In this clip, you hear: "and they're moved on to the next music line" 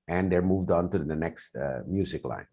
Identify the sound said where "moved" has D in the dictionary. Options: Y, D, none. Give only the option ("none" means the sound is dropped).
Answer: D